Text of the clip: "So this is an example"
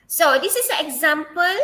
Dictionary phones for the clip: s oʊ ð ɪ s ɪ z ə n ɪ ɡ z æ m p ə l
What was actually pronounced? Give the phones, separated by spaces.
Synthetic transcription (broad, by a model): s oʊ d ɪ s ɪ s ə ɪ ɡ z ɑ m p ə l